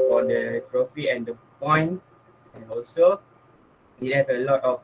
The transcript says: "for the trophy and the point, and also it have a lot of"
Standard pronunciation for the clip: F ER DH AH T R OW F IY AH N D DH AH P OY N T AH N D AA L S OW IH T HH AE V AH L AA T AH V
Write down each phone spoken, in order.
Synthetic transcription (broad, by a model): F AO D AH T R OW F IY AH N D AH P OY N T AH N AA L S OW IH T HH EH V AH L AA T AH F